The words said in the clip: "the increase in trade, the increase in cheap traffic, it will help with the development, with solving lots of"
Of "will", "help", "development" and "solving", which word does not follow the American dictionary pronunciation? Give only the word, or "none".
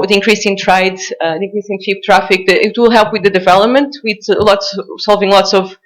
none